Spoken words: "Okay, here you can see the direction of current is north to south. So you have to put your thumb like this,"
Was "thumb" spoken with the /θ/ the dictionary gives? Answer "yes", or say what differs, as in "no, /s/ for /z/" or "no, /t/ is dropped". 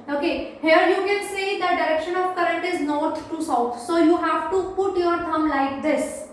no, /t/ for /θ/